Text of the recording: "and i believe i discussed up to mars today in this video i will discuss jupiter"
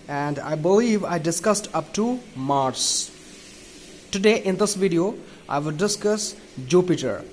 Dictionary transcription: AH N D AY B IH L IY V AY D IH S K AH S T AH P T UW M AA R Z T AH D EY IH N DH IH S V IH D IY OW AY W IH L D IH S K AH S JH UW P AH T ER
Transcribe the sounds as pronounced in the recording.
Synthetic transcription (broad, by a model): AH N D AY B IH L IY V AY D IH S K AH S T AH P T UW M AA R S T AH D EY IH N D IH S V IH D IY OW AY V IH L D IH S K AH S JH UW P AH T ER